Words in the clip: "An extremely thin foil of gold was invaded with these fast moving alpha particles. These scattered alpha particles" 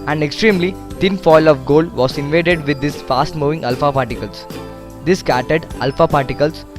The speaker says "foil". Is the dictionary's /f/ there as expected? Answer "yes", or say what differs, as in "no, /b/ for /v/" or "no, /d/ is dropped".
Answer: yes